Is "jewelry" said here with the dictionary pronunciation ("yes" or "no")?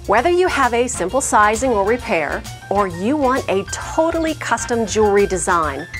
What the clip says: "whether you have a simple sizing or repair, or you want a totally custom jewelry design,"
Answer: no